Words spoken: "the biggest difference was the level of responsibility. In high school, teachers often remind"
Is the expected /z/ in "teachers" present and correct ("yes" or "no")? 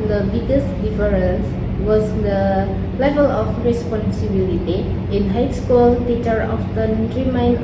no